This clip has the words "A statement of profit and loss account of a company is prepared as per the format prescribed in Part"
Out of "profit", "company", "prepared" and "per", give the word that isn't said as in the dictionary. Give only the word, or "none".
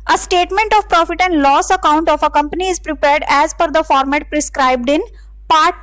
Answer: per